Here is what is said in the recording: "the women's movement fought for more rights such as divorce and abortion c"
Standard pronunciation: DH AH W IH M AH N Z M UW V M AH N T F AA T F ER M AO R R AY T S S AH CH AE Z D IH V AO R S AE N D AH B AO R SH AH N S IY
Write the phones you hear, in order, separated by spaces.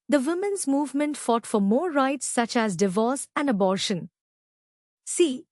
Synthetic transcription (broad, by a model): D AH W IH M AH N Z M UW V M AH N T F AA T F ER M AO R R AY T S S AH CH AE Z D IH V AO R S AE N D AH B AO R SH AH N S IY